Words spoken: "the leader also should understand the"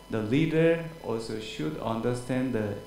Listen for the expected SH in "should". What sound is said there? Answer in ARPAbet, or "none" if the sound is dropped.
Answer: SH